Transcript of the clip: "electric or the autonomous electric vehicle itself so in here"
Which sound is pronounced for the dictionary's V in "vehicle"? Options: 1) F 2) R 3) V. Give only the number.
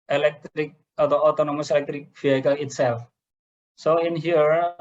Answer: 1